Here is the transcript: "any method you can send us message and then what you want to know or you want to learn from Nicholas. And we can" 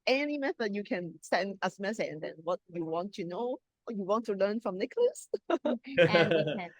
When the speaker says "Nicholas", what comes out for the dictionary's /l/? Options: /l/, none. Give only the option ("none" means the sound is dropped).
/l/